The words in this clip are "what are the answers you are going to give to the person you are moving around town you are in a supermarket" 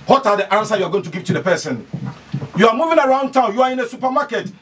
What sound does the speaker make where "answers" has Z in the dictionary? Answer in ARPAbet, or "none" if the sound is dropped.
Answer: none